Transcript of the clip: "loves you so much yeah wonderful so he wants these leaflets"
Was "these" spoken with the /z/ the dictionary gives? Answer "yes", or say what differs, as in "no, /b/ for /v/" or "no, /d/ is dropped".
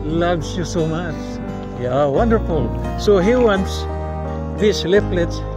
no, /s/ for /z/